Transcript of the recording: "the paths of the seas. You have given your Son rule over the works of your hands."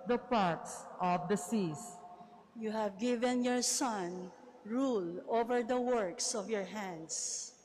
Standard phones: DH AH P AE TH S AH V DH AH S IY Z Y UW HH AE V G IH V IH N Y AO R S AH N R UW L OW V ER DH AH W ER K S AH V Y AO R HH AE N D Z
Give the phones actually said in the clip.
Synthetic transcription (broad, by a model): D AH P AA T S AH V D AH S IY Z Y UW HH AE V G IH V IH N Y AO R S AH N R UW L OW V ER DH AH W ER K S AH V Y AO R HH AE N D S